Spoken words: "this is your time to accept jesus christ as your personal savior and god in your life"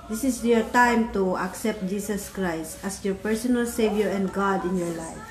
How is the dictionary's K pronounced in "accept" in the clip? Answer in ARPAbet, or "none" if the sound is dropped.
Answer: K